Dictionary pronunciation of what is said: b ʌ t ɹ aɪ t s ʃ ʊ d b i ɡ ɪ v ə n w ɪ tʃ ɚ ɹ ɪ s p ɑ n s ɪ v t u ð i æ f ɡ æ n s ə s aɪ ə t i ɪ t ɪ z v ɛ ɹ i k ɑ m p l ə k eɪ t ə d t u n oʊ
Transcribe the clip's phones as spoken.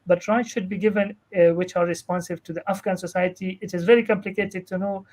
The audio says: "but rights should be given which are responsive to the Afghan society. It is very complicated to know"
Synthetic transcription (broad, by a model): b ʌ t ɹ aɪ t ʃ ʊ d b i ɡ ɪ v ə n w ɪ tʃ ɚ ɹ ɪ s p ɑ n s ɪ v t u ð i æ f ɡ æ n s ə s aɪ ə t i ɪ t ɪ z v ɛ ɹ i k ɑ m p l ə k eɪ t ə d t u n oʊ